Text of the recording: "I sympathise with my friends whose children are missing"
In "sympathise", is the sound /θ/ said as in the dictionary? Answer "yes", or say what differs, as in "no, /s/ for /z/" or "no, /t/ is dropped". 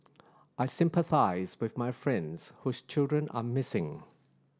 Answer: yes